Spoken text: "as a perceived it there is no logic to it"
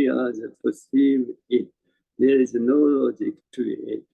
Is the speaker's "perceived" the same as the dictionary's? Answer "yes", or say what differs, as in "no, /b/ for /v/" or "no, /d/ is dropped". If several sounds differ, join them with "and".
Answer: no, /d/ is dropped